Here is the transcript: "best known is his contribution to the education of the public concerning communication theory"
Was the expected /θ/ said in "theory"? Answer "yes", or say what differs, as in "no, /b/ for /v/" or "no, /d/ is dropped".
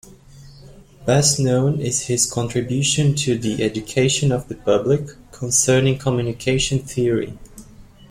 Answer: yes